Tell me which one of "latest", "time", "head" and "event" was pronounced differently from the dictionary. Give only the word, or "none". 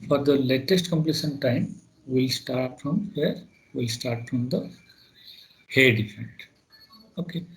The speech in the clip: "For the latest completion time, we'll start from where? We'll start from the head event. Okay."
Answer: event